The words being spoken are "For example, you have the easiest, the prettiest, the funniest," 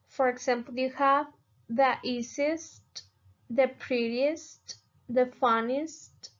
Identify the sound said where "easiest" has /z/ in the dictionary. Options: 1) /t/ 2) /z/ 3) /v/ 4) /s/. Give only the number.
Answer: 4